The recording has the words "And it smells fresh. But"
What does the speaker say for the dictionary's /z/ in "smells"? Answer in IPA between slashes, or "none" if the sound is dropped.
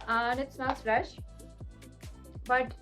/s/